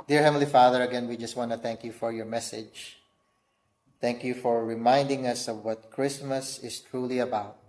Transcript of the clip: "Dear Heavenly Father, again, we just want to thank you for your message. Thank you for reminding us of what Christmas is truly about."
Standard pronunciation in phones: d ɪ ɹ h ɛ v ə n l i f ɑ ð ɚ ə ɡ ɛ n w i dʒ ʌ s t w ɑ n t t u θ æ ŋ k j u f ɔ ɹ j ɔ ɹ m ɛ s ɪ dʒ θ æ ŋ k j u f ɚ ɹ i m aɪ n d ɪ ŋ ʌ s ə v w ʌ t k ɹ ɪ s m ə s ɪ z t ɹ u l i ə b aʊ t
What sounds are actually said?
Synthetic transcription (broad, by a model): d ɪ ɹ h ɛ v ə l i f ɑ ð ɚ ə ɡ ɛ n w i dʒ ʌ s t w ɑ n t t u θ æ ŋ k j u f ɔ ɹ j ɔ ɹ m ɛ s ɪ dʒ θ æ ŋ k j u f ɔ ɹ i m aɪ n d ɪ ŋ ʌ s ə v w ʌ t k ɹ ɪ s m ə s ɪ s t ɹ u l i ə b aʊ t